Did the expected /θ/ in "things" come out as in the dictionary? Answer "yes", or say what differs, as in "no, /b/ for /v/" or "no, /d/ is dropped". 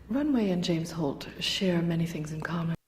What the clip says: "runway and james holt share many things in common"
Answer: yes